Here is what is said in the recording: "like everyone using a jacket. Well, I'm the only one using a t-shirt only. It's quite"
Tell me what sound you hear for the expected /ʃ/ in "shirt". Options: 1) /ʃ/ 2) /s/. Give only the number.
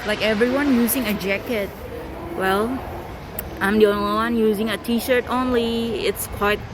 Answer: 1